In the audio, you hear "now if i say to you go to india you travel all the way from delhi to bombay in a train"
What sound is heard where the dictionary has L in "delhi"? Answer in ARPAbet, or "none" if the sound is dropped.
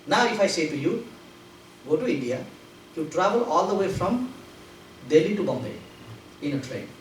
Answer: L